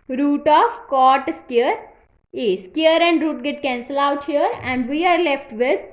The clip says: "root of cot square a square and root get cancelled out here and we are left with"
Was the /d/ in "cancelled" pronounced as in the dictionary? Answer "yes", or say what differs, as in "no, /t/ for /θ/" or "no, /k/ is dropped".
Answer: no, /d/ is dropped